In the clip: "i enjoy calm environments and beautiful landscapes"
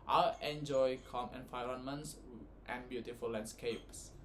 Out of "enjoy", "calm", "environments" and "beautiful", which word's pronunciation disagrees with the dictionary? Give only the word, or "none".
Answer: environments